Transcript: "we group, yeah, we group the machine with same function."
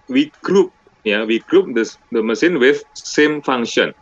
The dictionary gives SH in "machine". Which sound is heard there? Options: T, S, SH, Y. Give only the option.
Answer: S